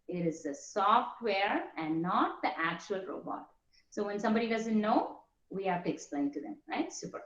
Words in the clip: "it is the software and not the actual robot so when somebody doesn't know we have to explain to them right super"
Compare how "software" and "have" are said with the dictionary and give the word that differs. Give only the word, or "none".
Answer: have